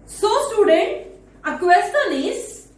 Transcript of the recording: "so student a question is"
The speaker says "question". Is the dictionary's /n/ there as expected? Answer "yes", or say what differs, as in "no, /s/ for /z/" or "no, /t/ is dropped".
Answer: no, /l/ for /n/